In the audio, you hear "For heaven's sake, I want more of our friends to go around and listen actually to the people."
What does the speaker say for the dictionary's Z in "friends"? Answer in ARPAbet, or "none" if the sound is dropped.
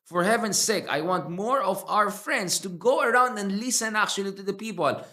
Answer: S